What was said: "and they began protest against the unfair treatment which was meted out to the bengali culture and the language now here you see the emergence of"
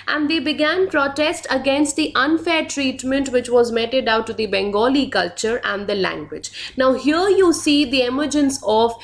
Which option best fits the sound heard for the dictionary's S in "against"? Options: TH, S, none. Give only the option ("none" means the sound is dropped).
S